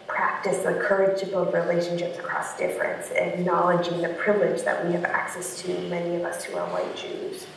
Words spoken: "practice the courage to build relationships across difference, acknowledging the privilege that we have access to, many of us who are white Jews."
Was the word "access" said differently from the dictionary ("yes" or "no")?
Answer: no